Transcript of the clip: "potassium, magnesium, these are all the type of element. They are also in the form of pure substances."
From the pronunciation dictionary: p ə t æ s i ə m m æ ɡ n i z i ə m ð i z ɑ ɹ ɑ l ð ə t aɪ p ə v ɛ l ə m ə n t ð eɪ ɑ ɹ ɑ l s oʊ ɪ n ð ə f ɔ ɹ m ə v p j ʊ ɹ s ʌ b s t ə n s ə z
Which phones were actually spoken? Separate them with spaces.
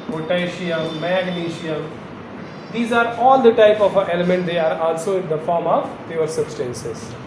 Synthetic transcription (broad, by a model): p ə t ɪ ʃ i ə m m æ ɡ l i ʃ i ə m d i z ɑ ɹ ɑ l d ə t aɪ p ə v ɛ l ə m ə n t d eɪ ɑ ɹ ɑ l s oʊ ɪ n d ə f ɔ ɹ m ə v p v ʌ ɹ s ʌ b s t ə n s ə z